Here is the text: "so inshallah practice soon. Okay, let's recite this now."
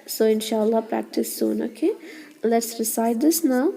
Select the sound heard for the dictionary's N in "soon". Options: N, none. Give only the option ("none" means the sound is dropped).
N